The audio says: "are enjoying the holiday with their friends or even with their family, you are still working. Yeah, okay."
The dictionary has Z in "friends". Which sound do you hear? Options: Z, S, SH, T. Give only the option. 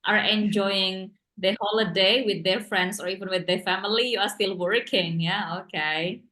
S